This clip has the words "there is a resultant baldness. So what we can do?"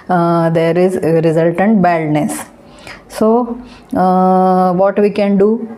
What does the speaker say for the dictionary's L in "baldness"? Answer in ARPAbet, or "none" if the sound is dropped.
none